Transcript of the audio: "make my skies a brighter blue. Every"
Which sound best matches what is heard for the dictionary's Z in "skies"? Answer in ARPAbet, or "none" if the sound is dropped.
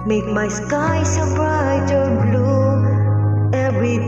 S